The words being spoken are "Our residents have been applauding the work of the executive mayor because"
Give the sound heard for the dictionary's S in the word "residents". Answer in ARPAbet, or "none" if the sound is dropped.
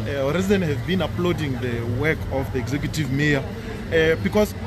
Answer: none